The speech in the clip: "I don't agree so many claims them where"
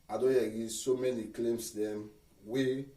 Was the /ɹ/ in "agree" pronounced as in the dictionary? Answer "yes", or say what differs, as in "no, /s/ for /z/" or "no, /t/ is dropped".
no, /ɹ/ is dropped